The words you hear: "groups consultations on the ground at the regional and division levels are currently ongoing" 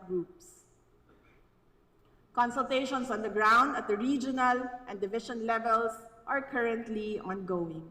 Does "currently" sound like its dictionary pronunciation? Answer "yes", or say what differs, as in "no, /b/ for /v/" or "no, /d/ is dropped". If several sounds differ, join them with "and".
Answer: yes